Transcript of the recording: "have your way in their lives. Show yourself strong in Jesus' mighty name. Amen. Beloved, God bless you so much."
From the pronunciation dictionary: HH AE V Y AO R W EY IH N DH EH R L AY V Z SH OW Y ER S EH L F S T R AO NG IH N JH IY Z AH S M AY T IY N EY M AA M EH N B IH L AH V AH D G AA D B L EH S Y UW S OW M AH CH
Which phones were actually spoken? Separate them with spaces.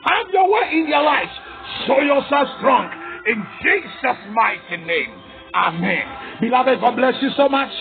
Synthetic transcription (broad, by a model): HH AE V Y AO W EY IH N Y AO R L AY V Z SH OW Y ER S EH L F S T R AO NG IH N JH IY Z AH S M AY T IY N EY M AA M EH N B IH L AH V AH D G AA D B L EH S Y UW S OW M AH CH